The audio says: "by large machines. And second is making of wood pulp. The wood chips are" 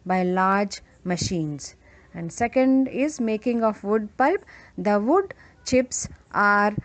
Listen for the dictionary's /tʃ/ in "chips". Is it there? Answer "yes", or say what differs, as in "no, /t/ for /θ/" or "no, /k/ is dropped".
yes